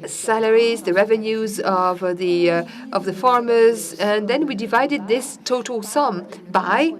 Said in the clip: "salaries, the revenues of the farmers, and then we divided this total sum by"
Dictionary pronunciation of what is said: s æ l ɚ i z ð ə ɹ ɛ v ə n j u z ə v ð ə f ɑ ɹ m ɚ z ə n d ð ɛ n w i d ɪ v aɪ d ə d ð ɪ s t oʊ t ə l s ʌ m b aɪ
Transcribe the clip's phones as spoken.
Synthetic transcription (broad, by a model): s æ l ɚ i z ð ə ɹ ɛ v ə n j u z ə v ð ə f ɑ ɹ m ɚ z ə n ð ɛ n w i d ɪ v aɪ d ə d ð ɪ s t oʊ t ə l s ʌ m b aɪ